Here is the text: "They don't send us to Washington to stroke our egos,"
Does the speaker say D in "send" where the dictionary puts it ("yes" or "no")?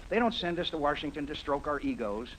yes